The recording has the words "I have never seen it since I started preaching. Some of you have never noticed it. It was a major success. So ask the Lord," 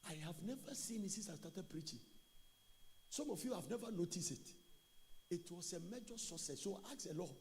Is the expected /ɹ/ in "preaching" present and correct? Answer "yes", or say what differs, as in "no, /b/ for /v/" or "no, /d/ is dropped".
yes